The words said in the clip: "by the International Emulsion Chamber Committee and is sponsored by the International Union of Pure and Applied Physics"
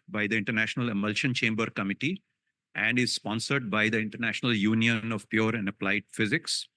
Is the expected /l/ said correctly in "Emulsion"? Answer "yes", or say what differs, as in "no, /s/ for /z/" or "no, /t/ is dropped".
yes